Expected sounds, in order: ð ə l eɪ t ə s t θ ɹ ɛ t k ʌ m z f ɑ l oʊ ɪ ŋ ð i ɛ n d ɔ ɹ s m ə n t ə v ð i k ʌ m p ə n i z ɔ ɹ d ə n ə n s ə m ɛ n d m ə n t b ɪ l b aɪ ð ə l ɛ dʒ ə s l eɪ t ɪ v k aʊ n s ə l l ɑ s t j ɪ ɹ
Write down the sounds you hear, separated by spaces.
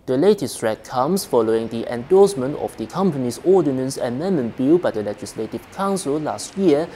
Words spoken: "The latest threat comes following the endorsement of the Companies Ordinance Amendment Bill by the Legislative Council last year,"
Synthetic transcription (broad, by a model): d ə l eɪ t ə s t ɹ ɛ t k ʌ m s f ɑ l oʊ ɪ ŋ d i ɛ n d ɔ s m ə n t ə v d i k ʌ m p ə n i s ɔ d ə n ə n s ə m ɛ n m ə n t b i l b aɪ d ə l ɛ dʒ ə s l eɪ t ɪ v k aʊ n s ə l l ɑ s t j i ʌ